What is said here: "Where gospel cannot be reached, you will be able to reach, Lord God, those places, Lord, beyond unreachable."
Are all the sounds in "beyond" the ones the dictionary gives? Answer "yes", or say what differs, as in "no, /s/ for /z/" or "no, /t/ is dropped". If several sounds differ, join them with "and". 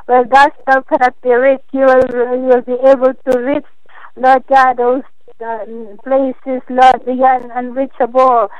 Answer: no, /d/ is dropped